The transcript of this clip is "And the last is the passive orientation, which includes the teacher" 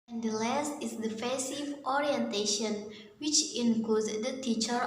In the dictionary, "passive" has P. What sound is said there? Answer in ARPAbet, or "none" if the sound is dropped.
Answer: F